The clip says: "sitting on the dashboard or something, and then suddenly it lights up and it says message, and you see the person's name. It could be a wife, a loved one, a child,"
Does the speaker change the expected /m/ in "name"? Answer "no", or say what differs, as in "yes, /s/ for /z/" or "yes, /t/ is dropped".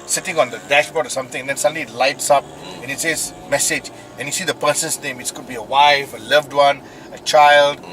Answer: no